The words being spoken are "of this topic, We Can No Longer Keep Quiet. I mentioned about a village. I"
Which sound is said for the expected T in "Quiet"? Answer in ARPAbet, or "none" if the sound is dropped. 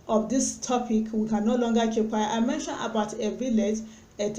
none